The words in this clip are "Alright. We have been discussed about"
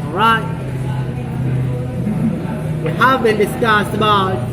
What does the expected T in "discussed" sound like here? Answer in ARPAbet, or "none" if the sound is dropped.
none